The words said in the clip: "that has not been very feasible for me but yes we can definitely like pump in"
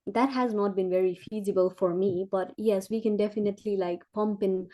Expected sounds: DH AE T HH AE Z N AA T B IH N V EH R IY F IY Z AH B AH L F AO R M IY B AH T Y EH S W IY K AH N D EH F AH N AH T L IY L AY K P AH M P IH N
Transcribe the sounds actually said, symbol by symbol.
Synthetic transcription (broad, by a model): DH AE T HH AE Z N AA T B IH N V EH R IY F IY Z AH B AH L F AO R M IY B AH T Y EH S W IY K AH N D EH F AH N AH T L IY L AY K P AH M P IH N